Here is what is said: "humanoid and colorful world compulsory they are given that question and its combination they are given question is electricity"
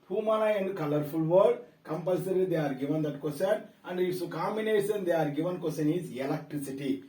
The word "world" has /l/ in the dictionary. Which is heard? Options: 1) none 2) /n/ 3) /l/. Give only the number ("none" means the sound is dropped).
1